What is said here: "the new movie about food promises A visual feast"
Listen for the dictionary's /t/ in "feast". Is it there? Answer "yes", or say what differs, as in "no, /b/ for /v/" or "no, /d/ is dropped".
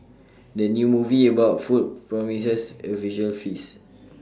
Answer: no, /t/ is dropped